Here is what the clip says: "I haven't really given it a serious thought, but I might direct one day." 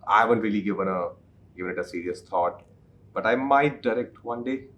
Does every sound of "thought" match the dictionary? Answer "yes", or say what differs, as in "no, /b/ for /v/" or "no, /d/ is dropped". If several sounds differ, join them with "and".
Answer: no, /t/ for /θ/